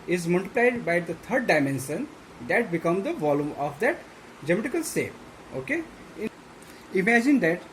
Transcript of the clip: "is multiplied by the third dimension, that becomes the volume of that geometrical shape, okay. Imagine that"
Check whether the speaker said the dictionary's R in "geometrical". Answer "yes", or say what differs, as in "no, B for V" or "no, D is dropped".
no, R is dropped